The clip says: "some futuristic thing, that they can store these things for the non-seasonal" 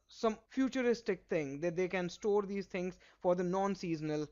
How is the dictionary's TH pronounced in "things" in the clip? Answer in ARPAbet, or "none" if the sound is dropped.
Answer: T